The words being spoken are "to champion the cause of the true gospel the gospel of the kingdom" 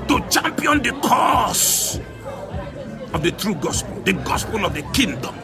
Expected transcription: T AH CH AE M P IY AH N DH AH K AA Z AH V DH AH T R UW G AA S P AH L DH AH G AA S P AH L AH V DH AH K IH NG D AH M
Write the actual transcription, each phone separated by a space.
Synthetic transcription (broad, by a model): T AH CH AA M P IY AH N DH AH K AA S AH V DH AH T R UW G AA S P AH L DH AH G AA S P AH L AH V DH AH K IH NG D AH M